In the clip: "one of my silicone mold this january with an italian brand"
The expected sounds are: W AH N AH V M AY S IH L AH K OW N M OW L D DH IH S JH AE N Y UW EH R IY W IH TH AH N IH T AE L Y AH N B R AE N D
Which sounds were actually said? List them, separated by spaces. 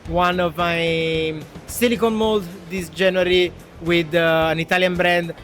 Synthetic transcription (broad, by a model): W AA N AH V M AY S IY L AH K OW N M OW L D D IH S JH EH N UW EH R IY W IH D AH N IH T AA L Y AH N B R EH N D